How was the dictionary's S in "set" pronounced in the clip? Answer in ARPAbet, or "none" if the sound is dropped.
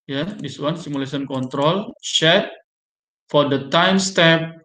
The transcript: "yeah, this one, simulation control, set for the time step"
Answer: SH